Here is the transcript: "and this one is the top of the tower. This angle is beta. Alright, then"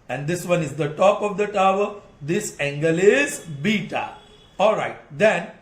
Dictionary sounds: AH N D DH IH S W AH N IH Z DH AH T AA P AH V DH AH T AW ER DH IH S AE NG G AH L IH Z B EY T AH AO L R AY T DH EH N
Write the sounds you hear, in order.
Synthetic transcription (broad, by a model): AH N D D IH S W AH N IH Z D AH T AA P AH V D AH T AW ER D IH S AE NG G AH L IH Z B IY T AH AO L R AY T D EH N